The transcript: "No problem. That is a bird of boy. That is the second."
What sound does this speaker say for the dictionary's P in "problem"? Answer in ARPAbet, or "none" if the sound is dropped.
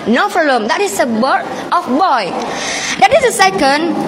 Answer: F